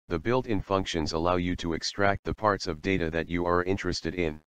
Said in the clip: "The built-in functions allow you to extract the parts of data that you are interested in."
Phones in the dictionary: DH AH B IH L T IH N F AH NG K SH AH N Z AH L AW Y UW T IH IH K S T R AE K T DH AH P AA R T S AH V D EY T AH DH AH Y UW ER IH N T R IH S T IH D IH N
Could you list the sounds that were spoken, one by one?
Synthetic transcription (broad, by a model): DH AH B IH L T IH N F AH NG K SH AH N Z AH L AW Y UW T IH IH K S T R AE K T DH AH P AA R T S AH V D EY T AH DH AH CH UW ER IH N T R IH S T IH D IH N